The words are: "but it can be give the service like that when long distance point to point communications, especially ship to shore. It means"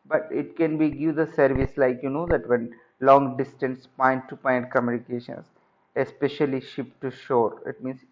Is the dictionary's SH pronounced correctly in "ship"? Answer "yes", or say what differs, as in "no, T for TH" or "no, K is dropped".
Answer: yes